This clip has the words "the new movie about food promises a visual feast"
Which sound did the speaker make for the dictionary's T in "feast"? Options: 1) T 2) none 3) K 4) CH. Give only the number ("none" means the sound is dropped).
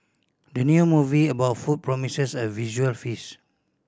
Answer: 2